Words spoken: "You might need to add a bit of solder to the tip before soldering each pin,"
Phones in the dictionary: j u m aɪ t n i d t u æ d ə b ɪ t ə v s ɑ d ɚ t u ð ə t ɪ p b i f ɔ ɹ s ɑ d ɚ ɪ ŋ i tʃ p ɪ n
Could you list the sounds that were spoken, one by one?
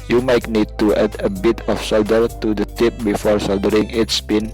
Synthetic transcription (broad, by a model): j u m aɪ t n i d t u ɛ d ə b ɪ t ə f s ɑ d ɚ t u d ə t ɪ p b i f ɔ ɹ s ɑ d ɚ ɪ ŋ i s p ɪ n